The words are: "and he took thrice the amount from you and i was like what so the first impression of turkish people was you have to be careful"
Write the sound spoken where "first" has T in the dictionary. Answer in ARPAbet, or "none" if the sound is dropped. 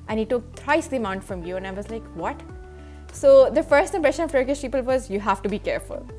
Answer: T